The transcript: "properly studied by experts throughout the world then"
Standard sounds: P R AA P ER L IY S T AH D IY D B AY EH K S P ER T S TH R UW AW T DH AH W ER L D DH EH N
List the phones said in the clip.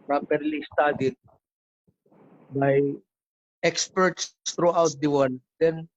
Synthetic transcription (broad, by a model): P R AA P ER L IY S T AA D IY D B AY EH K S P ER T S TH R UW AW T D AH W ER N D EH N